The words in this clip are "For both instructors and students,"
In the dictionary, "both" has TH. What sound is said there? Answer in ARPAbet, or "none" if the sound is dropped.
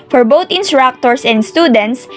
T